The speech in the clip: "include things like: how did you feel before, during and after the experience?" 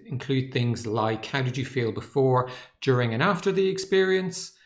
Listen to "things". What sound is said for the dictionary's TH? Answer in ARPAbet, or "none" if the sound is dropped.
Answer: TH